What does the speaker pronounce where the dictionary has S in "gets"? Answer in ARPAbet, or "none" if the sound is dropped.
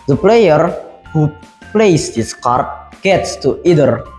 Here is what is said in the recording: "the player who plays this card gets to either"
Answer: S